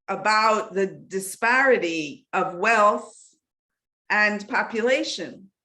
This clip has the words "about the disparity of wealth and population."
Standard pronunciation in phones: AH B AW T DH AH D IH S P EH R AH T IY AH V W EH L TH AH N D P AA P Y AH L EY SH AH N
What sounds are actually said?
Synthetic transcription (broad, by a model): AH B AW T DH AH D IH S P EH R AH T IY AH V W EH L TH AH N P AA P Y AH L EY SH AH N